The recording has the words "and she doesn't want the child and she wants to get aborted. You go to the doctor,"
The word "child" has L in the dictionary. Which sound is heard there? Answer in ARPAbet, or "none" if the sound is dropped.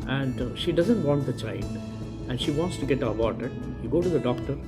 N